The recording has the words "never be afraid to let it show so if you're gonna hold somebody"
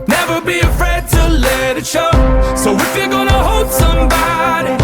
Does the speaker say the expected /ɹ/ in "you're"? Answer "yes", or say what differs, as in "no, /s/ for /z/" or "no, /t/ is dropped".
no, /l/ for /ɹ/